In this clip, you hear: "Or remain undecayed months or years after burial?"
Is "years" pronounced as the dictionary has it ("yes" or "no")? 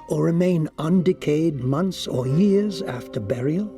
yes